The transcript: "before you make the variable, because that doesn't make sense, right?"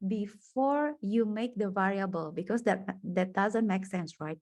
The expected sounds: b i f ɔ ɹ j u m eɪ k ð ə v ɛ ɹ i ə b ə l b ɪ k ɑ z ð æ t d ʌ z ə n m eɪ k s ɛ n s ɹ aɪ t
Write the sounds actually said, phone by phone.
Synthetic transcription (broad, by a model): b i f ɔ ɹ j u m eɪ k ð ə v ɛ ɹ i ə b ə l b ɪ k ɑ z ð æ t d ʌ z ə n m eɪ k s ɛ n s ɹ aɪ t